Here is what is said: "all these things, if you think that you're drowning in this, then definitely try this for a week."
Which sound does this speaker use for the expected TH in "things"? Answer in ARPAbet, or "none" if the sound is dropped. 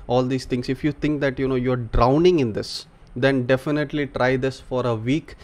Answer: T